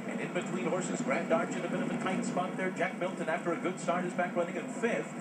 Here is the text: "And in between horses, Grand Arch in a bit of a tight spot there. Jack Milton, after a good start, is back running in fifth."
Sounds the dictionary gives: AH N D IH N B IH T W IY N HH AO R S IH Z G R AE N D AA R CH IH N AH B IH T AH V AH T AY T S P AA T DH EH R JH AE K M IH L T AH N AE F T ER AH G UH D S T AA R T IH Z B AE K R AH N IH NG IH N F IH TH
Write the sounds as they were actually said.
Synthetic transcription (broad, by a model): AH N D IH N B IH T W IY N HH AO R S IH Z G R AE N D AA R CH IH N AH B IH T AH V AH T AY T S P AA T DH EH R JH AE K M IH L T AH N AE F T ER AH G UH D S T AA R T IH Z B AE K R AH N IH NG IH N F IH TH